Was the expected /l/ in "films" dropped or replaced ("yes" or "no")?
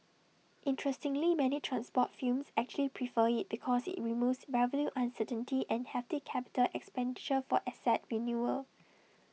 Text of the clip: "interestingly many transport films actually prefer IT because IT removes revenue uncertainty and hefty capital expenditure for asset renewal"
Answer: yes